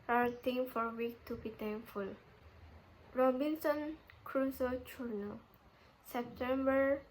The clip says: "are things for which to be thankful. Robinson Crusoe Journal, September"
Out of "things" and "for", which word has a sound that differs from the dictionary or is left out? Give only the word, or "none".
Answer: things